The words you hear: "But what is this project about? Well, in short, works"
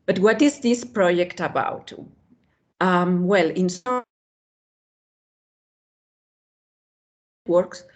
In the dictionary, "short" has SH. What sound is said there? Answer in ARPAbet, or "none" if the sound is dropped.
S